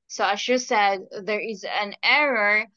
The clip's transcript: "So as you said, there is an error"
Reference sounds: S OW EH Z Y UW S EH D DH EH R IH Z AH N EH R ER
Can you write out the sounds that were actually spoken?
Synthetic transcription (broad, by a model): S OW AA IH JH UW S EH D DH EH R IH Z AH N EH R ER